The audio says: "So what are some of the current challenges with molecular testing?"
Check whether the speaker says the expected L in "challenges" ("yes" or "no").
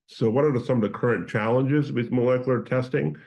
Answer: yes